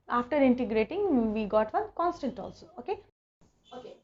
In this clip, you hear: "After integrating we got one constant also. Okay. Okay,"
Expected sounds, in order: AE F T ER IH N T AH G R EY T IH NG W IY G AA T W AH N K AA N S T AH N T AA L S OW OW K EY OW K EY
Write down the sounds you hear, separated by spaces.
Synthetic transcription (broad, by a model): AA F T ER IH N T AH G R EY T IH NG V IY G AA T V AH N K AA N S T AH N T AA L S OW OW K EY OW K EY